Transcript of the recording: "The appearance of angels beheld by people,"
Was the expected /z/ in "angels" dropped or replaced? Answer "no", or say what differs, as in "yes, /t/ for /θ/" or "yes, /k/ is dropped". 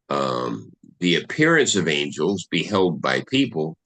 no